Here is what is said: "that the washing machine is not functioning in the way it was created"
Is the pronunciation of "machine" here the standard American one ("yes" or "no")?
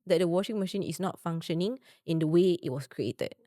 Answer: yes